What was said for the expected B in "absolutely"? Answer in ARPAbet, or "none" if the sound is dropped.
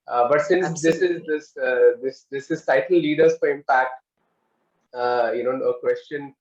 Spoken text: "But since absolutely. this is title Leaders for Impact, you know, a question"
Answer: none